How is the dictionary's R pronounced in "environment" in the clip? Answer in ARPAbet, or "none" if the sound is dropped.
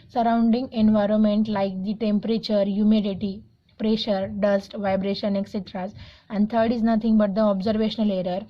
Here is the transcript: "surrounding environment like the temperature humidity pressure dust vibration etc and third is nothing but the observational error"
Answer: R